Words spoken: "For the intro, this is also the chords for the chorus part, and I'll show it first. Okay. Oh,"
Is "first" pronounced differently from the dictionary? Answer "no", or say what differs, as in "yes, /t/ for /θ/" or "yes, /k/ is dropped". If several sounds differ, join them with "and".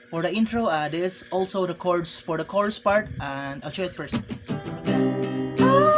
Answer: yes, /p/ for /f/ and /t/ is dropped